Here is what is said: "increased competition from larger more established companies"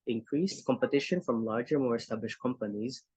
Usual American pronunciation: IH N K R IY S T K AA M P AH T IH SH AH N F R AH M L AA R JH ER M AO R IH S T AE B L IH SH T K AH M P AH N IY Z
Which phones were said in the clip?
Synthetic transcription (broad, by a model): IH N K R IY S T K AA M P AH T IH SH AH N F R AH M L AA R JH ER M AO R IH S T AE B L IH SH T K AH M P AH N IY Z